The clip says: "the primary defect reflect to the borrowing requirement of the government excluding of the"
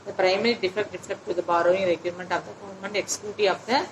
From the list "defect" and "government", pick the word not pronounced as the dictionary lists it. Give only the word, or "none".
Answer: government